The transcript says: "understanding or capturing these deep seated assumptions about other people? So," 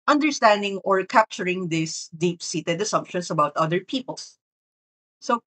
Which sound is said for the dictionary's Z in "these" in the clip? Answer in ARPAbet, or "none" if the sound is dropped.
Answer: S